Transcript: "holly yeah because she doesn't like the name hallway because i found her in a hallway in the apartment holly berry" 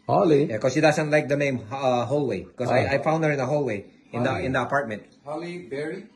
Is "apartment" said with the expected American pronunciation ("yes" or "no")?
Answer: yes